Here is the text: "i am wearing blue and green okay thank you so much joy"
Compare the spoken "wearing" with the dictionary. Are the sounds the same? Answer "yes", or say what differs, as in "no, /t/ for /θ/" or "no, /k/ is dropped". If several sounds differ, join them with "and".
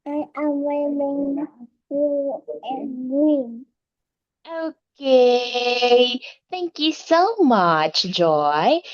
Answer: no, /l/ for /ɹ/